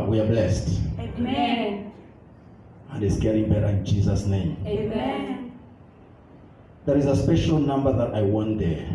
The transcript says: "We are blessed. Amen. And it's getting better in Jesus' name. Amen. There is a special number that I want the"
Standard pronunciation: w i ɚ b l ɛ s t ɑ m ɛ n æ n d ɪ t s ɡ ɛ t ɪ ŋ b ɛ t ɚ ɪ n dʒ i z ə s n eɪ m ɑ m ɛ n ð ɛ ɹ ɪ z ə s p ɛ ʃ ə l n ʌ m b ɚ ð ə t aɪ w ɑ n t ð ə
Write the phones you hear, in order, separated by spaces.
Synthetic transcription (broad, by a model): w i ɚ b l ɛ s t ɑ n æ n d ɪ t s ɡ ɛ t ɪ ŋ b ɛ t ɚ ɪ n dʒ i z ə s n eɪ ɑ m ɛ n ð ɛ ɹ ɪ z ə s p ɛ ʃ ə l n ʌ m b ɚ ð ə t aɪ w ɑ n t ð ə